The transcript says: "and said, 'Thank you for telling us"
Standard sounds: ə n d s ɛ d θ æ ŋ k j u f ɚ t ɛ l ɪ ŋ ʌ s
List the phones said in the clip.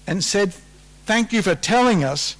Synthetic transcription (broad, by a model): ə n s ɛ d θ æ ŋ k j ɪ f ɚ t ɛ l ɪ ŋ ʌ s